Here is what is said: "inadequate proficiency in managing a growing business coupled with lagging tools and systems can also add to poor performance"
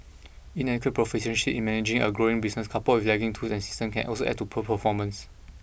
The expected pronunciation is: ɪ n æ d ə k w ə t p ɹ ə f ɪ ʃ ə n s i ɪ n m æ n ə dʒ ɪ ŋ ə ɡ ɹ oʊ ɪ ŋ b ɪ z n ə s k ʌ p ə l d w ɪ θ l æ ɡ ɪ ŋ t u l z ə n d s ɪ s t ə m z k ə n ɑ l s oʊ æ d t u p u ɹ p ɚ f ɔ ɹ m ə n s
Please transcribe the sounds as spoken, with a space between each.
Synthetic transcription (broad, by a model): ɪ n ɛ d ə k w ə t p ɹ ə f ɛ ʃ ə n ʃ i ɪ n m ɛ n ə dʒ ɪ ŋ ə ɡ ɹ oʊ ɪ ŋ b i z n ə s k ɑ p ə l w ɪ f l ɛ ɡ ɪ ŋ t u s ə n s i s t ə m k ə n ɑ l s oʊ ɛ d t u p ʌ p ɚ f ɔ m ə n s